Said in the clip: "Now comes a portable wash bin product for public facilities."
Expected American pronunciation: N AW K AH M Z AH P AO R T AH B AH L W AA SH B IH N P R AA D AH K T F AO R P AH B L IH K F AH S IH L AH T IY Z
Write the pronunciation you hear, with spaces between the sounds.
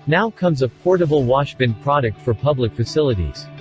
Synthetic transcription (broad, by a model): N AW K AH M Z AH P AO R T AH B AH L W AA SH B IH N P R AA D AH K T F AO R P AH B L IH K F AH S IH L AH T IY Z